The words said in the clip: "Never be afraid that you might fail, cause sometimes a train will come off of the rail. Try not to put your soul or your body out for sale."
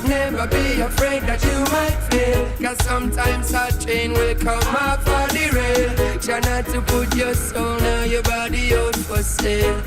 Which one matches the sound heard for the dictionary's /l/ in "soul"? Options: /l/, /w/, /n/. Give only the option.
/n/